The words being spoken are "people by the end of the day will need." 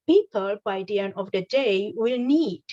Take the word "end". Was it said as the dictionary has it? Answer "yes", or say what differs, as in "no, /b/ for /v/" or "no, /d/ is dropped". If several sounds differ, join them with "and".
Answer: no, /d/ is dropped